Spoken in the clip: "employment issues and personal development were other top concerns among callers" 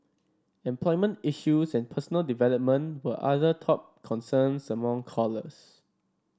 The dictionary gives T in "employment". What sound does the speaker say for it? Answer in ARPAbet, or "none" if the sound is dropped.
T